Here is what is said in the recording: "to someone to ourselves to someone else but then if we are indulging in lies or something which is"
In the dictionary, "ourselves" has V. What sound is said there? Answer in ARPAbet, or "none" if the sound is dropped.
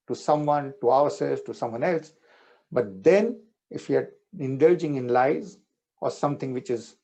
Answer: none